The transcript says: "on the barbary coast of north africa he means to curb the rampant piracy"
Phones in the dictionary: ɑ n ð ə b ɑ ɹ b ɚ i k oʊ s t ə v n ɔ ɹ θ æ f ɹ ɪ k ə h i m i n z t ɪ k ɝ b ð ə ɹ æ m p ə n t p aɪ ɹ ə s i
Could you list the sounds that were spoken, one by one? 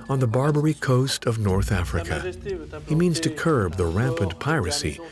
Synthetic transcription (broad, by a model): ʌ n ð ə b ɑ ɹ b ɚ i k oʊ s t ə v n ɔ ɹ θ æ f ɹ ɪ k ə h i m i n z t ɪ k ɝ b ð ə ɹ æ m p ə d p aɪ ɹ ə s i